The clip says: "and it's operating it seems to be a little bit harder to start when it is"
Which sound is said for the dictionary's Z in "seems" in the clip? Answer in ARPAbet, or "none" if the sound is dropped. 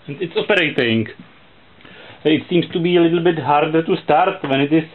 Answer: S